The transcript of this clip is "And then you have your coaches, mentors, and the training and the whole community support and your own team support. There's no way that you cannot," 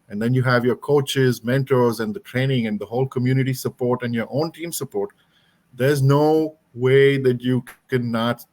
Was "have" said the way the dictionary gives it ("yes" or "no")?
yes